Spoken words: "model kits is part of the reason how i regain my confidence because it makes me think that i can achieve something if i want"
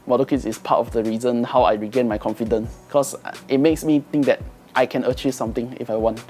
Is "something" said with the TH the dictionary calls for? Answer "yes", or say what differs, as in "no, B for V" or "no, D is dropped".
no, T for TH